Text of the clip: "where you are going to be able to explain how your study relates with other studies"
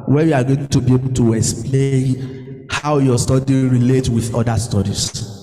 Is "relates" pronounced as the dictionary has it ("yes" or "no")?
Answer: no